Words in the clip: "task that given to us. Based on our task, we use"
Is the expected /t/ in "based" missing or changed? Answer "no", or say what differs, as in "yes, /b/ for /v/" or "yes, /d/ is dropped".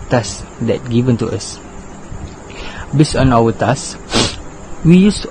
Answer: yes, /t/ is dropped